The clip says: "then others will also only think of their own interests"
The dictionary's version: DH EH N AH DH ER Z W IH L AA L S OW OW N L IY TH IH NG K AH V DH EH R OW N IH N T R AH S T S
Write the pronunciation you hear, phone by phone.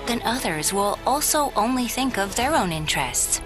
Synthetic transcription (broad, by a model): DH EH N AH DH ER Z W IH L AA L S OW OW N L IY TH IH NG K AH V DH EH R OW N IH N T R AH S T S